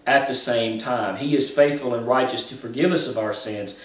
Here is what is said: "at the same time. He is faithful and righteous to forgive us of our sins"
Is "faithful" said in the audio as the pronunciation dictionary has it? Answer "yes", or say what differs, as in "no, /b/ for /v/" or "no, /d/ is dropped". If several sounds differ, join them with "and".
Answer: yes